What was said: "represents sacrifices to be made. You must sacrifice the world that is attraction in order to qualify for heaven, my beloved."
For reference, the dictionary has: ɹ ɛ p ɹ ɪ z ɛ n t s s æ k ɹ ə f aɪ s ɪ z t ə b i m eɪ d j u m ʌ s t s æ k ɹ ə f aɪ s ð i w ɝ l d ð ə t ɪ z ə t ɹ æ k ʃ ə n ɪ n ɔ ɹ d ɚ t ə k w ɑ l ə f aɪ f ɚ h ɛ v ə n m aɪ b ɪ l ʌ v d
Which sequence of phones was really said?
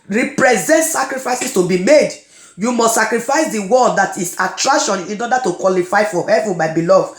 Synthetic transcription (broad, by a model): ɹ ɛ p ɹ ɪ z ɛ n t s s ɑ k ɹ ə f aɪ s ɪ s t ə b i m eɪ d j u m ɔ s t s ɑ k ɹ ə f aɪ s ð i w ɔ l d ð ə t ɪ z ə t ɹ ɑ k ʃ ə n ɪ n ɔ d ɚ t ə k w ɑ l ə f aɪ f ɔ h ɛ v ə n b aɪ b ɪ l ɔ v